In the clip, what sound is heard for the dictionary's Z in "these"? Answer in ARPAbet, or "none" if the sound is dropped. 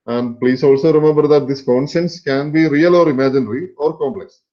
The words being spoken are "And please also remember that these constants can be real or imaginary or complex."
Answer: S